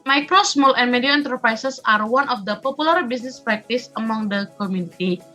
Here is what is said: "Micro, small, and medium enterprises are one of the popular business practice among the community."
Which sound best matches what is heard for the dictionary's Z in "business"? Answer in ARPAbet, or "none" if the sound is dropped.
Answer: S